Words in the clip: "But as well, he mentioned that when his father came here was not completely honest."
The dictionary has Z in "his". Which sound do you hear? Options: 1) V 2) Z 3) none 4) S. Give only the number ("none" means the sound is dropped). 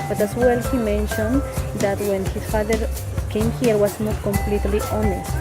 4